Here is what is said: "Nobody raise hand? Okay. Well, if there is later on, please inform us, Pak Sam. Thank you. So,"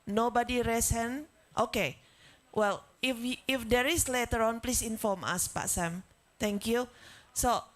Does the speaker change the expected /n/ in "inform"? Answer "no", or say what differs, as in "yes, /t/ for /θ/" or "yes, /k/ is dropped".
no